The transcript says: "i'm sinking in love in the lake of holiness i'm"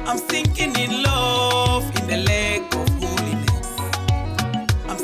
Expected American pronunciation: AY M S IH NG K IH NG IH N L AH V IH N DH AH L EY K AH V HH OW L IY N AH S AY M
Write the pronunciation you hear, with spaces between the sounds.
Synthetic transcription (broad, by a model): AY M TH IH NG K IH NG IH N L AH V IH N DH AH L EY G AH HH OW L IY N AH AY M